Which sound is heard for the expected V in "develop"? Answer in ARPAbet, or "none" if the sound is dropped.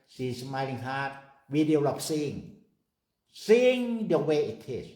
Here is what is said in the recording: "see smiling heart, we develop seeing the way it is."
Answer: none